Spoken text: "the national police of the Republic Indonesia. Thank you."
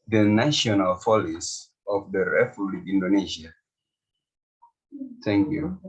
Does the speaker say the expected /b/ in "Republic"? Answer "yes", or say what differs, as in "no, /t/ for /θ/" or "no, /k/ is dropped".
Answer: no, /b/ is dropped